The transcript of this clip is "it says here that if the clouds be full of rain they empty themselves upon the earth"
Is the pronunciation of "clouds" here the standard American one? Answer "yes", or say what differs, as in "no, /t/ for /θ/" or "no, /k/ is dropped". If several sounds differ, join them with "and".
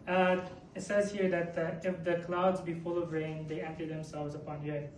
yes